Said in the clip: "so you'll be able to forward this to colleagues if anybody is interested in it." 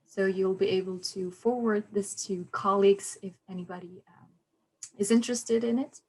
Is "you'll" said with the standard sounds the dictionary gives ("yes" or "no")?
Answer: yes